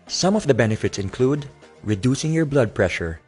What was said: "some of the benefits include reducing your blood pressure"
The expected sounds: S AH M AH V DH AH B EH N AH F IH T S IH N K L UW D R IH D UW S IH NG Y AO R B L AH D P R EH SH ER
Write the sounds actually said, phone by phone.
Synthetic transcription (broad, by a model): S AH M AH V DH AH B EH N AH F IH T S IH N K L UW D R IH D UW S IH NG Y AO R B L AH D P R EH SH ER